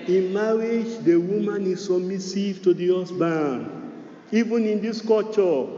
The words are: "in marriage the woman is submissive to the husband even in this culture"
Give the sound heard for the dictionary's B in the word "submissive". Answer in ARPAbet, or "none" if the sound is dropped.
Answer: none